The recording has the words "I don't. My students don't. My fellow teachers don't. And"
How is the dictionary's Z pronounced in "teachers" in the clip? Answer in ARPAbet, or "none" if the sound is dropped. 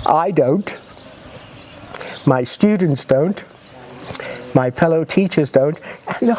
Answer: Z